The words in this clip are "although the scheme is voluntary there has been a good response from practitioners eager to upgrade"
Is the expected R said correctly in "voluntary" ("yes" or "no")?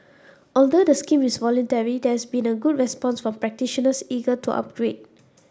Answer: yes